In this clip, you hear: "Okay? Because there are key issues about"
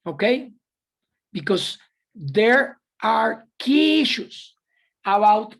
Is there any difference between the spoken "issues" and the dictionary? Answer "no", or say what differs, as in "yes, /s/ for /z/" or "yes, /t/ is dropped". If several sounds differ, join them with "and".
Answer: yes, /s/ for /z/